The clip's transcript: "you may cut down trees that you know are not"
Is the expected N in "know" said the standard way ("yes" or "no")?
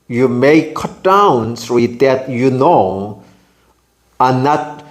yes